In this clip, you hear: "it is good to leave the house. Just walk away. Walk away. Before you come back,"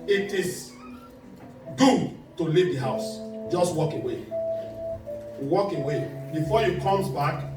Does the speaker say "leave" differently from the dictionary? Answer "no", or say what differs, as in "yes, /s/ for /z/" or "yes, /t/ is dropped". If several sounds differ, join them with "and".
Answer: no